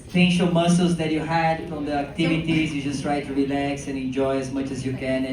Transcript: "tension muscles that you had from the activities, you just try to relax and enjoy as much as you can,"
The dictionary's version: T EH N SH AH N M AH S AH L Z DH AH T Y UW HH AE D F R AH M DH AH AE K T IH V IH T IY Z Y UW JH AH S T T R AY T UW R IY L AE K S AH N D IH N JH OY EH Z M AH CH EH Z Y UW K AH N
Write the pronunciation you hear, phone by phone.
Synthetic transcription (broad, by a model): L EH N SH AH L M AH S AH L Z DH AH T Y UW HH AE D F R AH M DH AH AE K T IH V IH T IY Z Y UW JH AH S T T R AY T UW R IY L AE K S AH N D IH N JH OY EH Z M AH CH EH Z Y UW K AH N